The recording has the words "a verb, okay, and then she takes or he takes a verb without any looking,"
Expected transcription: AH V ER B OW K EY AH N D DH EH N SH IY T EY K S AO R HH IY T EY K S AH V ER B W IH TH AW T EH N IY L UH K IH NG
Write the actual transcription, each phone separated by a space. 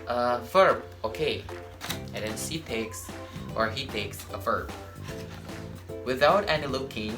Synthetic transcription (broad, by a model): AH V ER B OW K EY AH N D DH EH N S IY T EY K S AO R HH IY T EY K S AH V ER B W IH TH AW T EH N IY L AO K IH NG